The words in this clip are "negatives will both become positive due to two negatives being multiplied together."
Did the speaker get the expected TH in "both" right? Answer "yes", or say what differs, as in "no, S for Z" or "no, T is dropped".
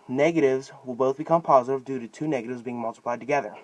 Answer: yes